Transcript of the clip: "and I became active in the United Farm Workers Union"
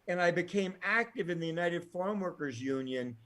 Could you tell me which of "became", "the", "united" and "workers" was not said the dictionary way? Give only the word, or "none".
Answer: none